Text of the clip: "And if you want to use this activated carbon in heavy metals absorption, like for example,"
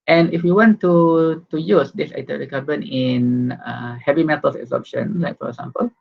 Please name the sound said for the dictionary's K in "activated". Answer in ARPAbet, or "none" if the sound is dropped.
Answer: none